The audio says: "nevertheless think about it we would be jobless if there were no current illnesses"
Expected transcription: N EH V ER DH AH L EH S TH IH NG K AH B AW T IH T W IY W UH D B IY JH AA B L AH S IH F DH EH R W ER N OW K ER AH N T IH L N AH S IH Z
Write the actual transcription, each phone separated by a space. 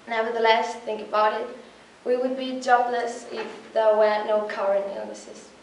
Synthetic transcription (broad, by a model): N EH V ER DH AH L EH S TH IH NG K AH B AW T IH T W IY W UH D B IY JH AA B L AH S IH F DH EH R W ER N OW K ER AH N IH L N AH S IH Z